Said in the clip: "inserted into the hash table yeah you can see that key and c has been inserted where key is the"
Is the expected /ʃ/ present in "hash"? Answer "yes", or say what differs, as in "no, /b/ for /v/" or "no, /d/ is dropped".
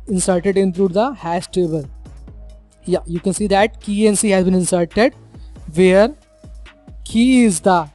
no, /s/ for /ʃ/